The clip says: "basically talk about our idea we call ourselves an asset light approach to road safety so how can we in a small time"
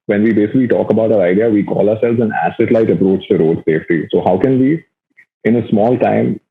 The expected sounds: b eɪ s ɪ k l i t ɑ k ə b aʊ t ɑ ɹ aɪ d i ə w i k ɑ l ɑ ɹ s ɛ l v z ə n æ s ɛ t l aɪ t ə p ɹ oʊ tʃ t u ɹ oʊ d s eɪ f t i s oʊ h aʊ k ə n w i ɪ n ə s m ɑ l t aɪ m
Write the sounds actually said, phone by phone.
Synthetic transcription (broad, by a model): b eɪ s ɪ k l i t ɑ k ə b aʊ t ɑ ɹ aɪ d i ə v i k ɑ l ɑ ɹ s ɛ l v z ə n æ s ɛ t l aɪ t ə p ɹ oʊ tʃ t u ɹ oʊ d s eɪ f t i s oʊ h aʊ k ə n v i ɪ n ə s m ɑ l t aɪ m